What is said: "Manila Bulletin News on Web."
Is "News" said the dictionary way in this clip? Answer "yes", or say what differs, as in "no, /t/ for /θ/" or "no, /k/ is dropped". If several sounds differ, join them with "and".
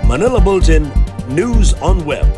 yes